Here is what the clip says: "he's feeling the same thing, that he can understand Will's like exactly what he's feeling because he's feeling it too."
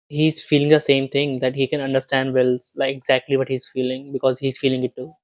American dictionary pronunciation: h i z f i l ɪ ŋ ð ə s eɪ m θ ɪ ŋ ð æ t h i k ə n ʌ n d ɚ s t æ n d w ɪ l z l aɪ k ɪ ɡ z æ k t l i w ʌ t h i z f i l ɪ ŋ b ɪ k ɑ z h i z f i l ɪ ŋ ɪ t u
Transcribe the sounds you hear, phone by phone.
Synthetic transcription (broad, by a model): h i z f i l ɪ ŋ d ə s eɪ m t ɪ ŋ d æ t h i k ə n ʌ n d ɚ s t æ n d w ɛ l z l aɪ k ɪ ɡ z æ k t l i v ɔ t h i z f i l ɪ ŋ b ɪ k ɑ z h i z f i l ɪ ŋ ɪ t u